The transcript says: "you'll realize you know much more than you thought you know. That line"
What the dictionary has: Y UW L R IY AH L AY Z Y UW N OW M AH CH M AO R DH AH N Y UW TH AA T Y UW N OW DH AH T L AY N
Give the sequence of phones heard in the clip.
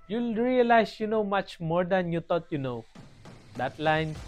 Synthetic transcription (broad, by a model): Y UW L R IY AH L AY S Y UW N OW M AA CH M AO R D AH N Y UW T AA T Y UW N OW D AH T L AY N